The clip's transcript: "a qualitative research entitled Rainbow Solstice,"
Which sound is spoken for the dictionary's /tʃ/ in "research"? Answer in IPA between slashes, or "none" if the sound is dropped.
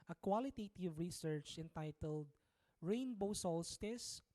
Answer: /tʃ/